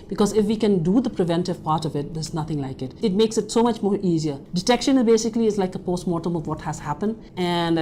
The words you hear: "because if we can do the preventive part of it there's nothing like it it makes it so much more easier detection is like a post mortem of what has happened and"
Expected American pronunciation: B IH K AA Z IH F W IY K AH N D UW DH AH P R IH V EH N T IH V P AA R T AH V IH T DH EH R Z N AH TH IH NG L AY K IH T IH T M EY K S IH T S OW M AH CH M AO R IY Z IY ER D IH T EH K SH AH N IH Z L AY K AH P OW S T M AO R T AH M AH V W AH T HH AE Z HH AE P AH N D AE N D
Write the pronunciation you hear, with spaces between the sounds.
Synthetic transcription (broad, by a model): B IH K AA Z IH F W IY K AH N D UW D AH P R IH V EH N T IH V P AA R T AH V IH T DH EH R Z N AH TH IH NG L AY K IH T IH T M EY K S IH T S OW M AH CH M AO R IY Z IY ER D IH T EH K SH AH N IH Z L AY K AH P OW S T M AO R T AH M AH V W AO T HH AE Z HH AE P AH N D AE N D